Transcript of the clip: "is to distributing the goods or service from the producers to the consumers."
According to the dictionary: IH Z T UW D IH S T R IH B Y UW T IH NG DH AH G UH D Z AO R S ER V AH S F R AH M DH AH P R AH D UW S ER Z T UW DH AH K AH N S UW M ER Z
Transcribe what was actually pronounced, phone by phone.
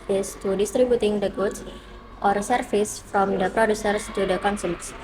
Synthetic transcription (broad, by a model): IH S T UW D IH S T R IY B Y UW T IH NG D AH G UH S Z AO R S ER F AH S F R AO M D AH P R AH D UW S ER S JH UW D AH K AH N S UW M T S